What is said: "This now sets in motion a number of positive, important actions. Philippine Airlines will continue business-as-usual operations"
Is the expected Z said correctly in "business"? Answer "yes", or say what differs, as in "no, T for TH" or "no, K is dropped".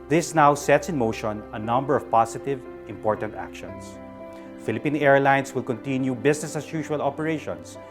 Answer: no, S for Z